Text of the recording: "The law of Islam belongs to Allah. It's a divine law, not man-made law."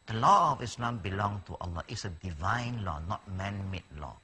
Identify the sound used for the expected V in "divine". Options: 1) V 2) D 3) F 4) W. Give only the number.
1